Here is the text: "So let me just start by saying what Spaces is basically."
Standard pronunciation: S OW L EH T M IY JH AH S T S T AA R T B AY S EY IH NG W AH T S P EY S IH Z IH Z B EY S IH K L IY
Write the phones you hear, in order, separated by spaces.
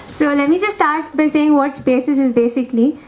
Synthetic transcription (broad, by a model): S OW L EH T M IY JH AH S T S T AA R T B AY S EY IH NG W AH T S B EY S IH S IH Z B EY S IH K L IY